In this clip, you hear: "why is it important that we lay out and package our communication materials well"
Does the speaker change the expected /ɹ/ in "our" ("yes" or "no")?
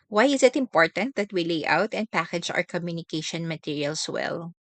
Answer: no